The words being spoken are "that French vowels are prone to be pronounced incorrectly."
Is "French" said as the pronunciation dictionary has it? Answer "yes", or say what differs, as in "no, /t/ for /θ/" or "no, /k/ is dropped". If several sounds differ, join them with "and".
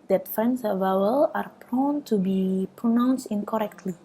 no, /s/ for /tʃ/